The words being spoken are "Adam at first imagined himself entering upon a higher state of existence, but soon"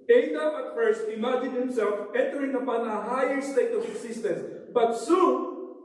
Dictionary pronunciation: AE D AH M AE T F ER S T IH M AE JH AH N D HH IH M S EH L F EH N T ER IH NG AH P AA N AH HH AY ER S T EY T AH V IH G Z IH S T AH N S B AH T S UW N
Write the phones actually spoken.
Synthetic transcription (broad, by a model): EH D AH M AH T F ER S T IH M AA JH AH D HH IH M S EH L F EH N T ER IH NG AH P AA N AH HH AY ER S T EY T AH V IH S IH S T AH N S B AH T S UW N